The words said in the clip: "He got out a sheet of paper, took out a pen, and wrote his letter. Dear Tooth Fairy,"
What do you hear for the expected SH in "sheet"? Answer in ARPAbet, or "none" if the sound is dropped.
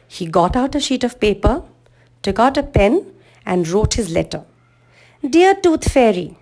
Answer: SH